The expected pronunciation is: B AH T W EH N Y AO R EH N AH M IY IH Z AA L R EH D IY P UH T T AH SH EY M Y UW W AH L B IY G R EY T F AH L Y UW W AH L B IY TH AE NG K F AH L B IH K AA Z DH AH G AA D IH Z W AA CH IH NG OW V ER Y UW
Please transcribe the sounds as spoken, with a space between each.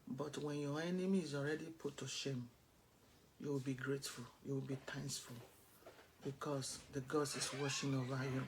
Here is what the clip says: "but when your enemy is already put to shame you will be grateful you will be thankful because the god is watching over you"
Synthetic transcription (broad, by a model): B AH T W EH N Y AO EH N AH M IY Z AA L R EH D IY P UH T T AH SH EY M Y UW W AH L B IY G R EY T F AH L Y UW W AH L B IY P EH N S F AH L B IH K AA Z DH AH G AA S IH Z W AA SH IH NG OW V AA Y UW